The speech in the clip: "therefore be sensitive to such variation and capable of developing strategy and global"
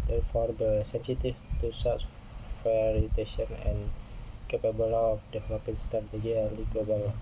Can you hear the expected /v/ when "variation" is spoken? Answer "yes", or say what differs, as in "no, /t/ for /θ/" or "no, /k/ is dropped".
no, /f/ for /v/